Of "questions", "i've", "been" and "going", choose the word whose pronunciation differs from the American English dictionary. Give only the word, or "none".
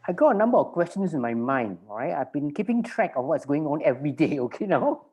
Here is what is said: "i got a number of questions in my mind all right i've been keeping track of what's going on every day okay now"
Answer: questions